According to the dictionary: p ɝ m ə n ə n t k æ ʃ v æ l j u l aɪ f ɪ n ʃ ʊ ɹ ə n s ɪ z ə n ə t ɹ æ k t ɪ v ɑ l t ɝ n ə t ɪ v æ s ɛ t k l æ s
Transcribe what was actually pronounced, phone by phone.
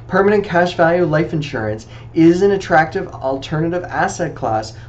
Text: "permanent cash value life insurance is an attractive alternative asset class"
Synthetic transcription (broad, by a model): p ɝ m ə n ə n k æ ʃ v æ l j u l aɪ f ɪ n ʃ ʊ ɹ ə n s ɪ z ə n ə t ɹ æ k t ɪ v l t ɝ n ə t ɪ v æ s ɛ t k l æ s